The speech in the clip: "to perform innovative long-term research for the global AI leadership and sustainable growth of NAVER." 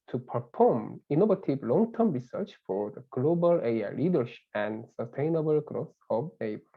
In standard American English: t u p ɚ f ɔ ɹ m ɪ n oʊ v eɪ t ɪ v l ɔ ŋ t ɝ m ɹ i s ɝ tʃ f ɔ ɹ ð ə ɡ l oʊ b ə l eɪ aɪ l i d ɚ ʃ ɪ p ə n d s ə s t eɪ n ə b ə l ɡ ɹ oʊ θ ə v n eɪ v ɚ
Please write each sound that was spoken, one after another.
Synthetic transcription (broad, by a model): t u p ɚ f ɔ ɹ m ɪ n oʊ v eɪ t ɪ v l ɔ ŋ t ɝ m ɹ i s ɝ tʃ f ɔ ɹ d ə ɡ l oʊ b ə l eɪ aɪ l i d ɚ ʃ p ə n d s ə s t eɪ n ə b ə l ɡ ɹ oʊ s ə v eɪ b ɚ